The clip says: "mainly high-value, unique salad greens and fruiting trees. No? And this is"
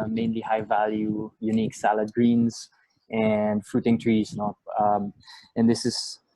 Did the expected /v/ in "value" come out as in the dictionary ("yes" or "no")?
yes